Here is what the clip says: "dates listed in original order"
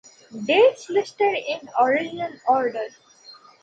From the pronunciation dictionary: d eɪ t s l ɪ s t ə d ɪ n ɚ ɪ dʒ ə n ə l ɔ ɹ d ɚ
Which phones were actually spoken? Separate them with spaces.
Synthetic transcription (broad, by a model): d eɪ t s l ɪ s t ə d ɪ n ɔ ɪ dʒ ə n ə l ɔ ɹ d ɚ